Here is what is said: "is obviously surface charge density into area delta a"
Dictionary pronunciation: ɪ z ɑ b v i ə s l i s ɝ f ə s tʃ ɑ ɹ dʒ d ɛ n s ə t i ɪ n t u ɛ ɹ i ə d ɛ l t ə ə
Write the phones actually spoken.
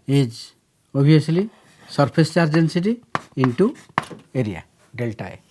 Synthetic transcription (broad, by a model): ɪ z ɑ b i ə s l i s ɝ p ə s tʃ ɑ ɹ dʒ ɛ n s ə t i ɪ n t u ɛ ɹ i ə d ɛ l t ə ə